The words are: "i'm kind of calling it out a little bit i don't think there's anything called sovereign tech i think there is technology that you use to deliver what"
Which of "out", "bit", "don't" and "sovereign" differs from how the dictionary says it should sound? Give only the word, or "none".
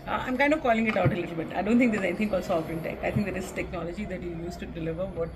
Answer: sovereign